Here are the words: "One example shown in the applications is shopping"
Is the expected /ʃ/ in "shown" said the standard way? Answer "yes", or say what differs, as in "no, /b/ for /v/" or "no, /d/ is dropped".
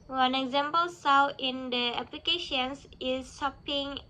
no, /s/ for /ʃ/